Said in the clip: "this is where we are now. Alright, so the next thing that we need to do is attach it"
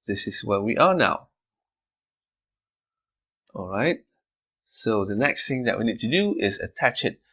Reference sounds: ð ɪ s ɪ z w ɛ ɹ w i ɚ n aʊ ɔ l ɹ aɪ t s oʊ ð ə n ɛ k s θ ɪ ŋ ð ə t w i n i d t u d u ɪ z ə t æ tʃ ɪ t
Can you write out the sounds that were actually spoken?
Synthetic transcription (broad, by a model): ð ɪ s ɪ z w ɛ w i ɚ n aʊ ɔ l ɹ aɪ t s oʊ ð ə n ɛ k s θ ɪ ŋ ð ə t w i n i d t u d u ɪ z ə t æ tʃ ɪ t